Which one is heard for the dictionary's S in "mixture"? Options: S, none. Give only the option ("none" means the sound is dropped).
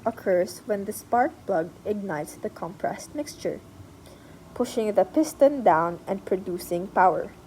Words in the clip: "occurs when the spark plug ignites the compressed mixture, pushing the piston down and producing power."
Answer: S